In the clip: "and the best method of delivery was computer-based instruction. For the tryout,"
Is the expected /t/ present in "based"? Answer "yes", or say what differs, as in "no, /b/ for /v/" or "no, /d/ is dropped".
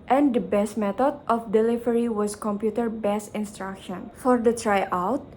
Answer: no, /t/ is dropped